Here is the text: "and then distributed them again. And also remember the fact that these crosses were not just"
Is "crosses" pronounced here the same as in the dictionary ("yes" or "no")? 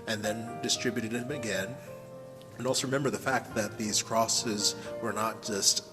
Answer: yes